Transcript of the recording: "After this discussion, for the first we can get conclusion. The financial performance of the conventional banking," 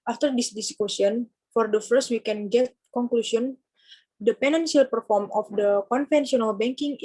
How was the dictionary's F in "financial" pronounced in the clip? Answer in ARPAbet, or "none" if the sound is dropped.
P